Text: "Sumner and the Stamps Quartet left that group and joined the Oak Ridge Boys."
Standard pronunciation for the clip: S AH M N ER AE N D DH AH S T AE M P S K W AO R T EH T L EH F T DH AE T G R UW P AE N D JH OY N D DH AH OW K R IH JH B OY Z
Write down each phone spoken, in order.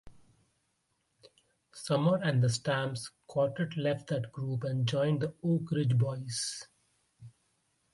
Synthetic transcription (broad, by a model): S AH M ER AE N D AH S T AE M S K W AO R T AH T L EH F T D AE T G R UW P AE N D JH OY N D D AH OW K R IH JH B OY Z